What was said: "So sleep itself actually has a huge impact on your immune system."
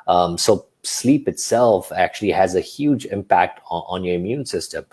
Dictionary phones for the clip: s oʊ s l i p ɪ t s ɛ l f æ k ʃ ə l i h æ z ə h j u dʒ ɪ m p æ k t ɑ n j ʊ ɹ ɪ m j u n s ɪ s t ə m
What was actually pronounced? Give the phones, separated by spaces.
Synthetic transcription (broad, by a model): s oʊ s l i p ɪ t s ɛ l f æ k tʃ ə l i h æ z ə h j u dʒ ɪ m p æ k t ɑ n j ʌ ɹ ɪ m j u n s ɪ s t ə m